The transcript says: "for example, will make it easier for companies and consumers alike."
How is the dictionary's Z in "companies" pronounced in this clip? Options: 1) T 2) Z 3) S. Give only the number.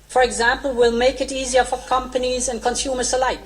2